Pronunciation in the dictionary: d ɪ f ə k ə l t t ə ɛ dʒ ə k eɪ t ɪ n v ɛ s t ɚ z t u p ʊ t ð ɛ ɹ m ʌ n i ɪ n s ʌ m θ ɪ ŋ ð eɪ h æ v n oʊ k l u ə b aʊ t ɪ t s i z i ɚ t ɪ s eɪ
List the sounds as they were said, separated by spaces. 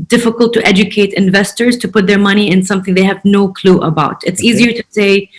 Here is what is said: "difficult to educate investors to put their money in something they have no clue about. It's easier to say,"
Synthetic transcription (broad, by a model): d ɪ f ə k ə l t t ɛ dʒ ə k eɪ t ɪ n v ɛ s t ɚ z t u p ʊ t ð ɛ ɹ m ʌ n i ɪ n s ʌ m θ ɪ ŋ ð eɪ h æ v n oʊ k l u ə b aʊ t ɪ t s i z i ɚ t ɪ s eɪ